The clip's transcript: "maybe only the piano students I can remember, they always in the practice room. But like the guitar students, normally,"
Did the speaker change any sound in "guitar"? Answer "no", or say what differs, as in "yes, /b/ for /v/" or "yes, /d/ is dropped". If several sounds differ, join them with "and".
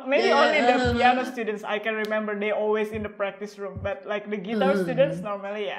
yes, /w/ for /ɹ/